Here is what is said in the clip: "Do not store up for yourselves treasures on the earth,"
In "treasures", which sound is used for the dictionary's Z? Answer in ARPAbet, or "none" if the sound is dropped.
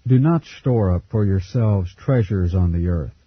Z